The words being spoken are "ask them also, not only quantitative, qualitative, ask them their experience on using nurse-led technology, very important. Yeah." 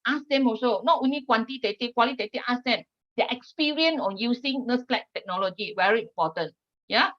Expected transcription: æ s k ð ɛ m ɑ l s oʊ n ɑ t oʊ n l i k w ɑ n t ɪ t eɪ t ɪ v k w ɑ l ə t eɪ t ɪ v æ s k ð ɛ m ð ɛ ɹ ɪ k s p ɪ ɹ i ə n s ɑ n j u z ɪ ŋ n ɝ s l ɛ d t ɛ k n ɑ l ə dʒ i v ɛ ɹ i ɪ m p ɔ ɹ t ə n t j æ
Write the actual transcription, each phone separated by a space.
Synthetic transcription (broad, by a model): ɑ s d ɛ m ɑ s oʊ n ɑ t oʊ n l i k w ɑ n t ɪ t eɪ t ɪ k w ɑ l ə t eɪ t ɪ ɑ s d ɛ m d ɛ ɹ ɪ k s p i ɹ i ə n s ɑ n j u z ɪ ŋ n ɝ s l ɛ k t ɛ k n ɑ l ə dʒ i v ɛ ɹ i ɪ m p ɔ t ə n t j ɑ